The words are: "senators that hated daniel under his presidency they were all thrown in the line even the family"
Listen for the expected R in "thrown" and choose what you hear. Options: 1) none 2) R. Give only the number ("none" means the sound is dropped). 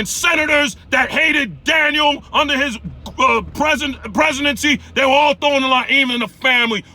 1